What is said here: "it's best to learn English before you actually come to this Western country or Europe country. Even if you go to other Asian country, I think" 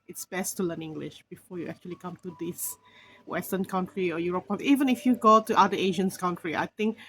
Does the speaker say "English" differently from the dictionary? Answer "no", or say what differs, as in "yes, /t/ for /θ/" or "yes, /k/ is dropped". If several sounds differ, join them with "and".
no